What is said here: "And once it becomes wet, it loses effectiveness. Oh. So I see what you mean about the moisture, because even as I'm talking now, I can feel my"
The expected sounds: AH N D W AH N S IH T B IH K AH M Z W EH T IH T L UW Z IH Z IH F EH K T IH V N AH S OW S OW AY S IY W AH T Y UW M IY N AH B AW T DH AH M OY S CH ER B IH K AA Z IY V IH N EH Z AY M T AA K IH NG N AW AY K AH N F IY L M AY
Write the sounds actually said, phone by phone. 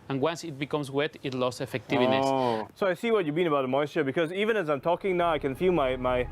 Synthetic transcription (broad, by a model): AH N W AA N S IH T B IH K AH M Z W EH T IH T L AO S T S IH F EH K T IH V AH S S OW AY S IY W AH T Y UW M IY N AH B AW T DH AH M OY S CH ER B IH K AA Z IY V IH N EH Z AY M T AA K IH NG N AW AY K AH N F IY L M AY